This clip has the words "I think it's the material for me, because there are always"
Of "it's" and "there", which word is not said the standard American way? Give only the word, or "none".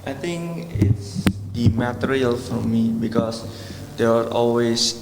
there